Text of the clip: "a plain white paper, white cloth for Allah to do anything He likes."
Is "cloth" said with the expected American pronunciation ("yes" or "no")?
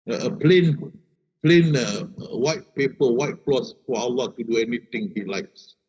no